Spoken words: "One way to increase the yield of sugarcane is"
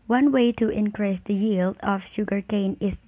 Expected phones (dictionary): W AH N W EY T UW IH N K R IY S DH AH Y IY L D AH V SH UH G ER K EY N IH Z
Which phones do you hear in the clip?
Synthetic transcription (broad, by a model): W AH N W EY T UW IH N K R IY S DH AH Y IY L D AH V SH UH G ER K EY N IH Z